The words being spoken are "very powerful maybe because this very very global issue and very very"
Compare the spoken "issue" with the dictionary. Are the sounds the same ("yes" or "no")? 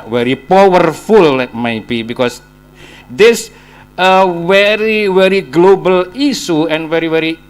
no